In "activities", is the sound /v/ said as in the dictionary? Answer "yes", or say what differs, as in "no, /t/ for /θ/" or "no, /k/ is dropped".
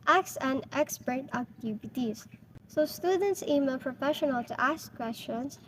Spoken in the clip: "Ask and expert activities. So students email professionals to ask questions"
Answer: no, /b/ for /v/